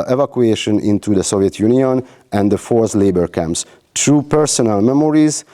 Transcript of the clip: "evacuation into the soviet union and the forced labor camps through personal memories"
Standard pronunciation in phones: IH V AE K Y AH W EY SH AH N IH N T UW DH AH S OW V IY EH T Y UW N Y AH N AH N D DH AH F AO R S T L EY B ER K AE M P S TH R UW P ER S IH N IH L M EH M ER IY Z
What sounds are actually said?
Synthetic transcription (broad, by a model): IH V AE K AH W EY SH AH N IH N T UW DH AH S OW V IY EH T Y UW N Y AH N AH N D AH F AO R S L EY B ER K AE M P S T R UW P ER S IH N IH L M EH M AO IY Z